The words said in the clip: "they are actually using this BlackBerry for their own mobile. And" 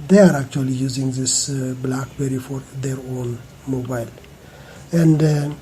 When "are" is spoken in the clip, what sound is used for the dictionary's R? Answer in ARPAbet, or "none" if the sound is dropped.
R